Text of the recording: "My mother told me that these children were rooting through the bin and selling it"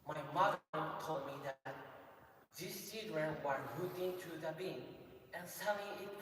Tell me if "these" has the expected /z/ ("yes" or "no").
no